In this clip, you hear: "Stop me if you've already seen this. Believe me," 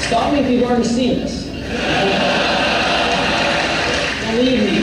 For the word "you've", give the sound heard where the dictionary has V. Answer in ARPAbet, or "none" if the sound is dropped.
W